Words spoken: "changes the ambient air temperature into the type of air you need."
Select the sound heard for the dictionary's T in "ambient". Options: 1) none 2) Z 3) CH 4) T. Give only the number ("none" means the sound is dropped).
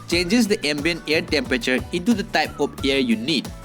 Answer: 1